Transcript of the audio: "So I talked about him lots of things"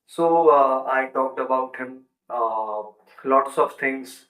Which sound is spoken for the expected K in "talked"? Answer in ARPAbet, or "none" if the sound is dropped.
none